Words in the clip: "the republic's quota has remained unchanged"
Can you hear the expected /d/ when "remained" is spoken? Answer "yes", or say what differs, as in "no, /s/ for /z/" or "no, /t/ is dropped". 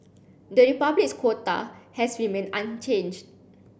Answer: no, /d/ is dropped